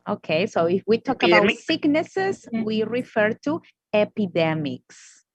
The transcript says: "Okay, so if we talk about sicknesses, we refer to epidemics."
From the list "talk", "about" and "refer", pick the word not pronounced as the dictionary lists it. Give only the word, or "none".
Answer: about